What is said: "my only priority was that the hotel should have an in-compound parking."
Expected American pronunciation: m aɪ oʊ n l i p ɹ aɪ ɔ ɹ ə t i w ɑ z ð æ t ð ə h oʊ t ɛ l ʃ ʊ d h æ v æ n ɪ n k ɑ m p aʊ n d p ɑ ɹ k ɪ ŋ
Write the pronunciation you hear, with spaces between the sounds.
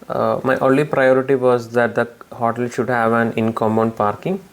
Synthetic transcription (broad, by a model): m aɪ oʊ n l i p ɹ aɪ ɔ ɹ ə t i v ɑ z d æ t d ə h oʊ t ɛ l ʃ ʊ d h æ v æ n ɪ n k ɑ m b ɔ n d p ɑ ɹ k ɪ ŋ